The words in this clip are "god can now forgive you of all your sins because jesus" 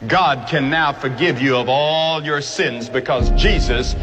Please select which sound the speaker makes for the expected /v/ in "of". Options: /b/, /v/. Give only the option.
/v/